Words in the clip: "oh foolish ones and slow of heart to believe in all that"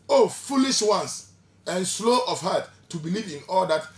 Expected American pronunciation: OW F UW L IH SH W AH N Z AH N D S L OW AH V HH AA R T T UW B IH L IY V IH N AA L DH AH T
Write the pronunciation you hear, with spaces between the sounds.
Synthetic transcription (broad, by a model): OW F UW L IH SH W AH N S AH N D S L OW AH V HH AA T T UW B IH L IY V IH N AA L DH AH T